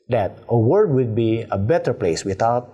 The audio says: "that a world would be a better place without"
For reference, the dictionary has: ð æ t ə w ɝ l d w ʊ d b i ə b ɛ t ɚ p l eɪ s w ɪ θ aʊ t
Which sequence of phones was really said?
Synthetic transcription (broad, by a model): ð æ t ə w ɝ d w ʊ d b i ə b ɛ t ɚ p l eɪ s w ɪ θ aʊ t